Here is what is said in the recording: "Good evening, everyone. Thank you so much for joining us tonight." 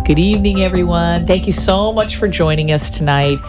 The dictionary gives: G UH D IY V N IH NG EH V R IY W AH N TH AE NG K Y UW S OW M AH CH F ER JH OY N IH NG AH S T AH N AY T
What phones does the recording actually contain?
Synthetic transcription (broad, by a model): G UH D IY V N IH NG EH V R IY W AH N TH AE NG K Y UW S OW M AH CH F ER JH OY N IH NG AH S T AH N AY T